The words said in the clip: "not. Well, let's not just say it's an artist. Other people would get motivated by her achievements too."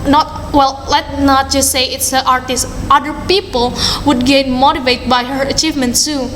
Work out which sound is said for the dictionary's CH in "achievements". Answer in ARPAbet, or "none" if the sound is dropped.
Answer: CH